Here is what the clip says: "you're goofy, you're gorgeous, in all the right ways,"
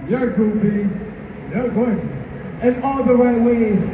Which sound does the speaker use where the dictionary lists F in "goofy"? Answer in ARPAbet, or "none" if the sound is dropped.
P